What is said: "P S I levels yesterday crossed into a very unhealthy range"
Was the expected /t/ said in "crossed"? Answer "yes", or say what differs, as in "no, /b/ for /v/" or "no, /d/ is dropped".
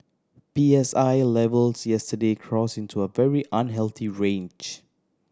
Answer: no, /t/ is dropped